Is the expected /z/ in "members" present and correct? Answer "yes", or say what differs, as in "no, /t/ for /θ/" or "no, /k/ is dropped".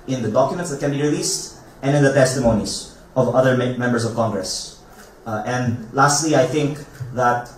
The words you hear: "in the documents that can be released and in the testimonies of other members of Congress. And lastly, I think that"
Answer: no, /s/ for /z/